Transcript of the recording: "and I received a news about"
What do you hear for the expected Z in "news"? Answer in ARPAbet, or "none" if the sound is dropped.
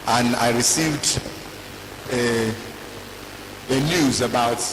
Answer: Z